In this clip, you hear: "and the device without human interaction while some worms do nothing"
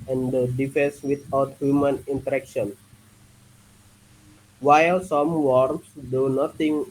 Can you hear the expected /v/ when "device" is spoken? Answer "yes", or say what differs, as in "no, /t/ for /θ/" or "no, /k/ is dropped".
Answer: no, /f/ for /v/